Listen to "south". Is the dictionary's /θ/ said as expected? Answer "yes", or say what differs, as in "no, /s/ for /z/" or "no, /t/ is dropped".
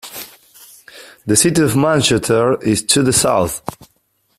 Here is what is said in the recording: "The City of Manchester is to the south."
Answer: yes